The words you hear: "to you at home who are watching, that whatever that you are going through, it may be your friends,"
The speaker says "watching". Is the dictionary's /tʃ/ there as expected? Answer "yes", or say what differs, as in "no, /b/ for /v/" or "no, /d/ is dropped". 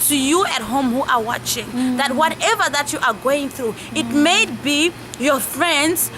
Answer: yes